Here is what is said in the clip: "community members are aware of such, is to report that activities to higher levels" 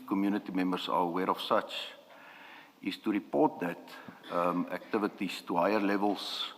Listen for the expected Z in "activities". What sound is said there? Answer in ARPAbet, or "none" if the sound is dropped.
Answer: S